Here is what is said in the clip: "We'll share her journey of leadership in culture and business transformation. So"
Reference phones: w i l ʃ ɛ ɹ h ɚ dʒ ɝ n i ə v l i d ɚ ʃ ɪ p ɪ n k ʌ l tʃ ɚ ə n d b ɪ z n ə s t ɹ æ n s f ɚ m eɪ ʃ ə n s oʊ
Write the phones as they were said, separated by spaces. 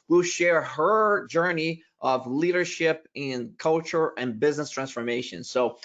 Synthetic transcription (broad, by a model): w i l ʃ ɛ ɹ h ɚ dʒ ɝ n i ə v l i d ɚ ʃ ɪ p ɪ n k ʌ l tʃ ɚ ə n b ɪ z n ə s t ɹ æ n s f ɚ m eɪ ʃ ə n s oʊ